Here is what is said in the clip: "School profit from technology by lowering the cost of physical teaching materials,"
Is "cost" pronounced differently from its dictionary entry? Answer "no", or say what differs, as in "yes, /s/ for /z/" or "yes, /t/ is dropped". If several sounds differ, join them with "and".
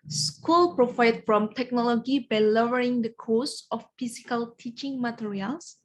yes, /t/ is dropped